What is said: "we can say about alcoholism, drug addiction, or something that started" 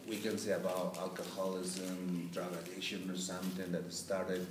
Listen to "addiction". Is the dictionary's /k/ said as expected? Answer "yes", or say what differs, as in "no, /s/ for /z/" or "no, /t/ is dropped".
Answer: no, /k/ is dropped